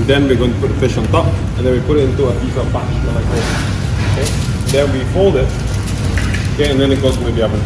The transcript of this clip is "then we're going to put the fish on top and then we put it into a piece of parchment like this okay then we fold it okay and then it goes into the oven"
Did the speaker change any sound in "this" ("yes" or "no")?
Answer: yes